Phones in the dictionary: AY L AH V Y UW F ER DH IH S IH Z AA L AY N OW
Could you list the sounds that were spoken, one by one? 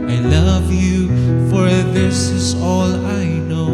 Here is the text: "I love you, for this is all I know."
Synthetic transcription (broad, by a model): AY L AH V Y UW F ER DH IH S IH Z AA L AY N OW